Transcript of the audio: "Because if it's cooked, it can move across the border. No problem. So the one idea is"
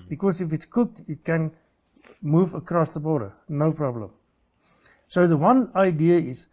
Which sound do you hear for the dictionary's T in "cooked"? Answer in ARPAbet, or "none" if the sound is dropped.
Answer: T